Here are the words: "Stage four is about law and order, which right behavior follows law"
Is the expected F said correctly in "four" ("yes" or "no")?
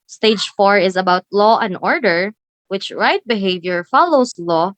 yes